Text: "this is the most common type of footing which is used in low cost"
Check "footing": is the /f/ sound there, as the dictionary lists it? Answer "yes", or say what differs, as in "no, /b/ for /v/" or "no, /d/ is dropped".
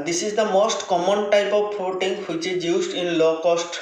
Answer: no, /p/ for /f/